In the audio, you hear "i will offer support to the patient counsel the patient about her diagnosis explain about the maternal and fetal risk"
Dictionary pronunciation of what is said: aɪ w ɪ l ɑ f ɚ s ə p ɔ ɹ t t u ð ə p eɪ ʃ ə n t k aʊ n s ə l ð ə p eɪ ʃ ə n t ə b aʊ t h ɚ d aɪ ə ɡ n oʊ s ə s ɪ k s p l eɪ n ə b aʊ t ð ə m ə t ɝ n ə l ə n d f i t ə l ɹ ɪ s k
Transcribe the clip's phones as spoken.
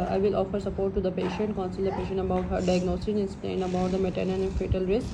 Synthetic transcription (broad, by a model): aɪ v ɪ l ɑ f ɚ s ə p ɔ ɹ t t u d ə p eɪ ʃ ə n t k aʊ n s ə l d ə p eɪ ʃ ə n t ə b aʊ t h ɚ d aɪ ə ɡ n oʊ s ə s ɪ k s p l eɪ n ə b aʊ t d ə m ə t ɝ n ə n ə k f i t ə l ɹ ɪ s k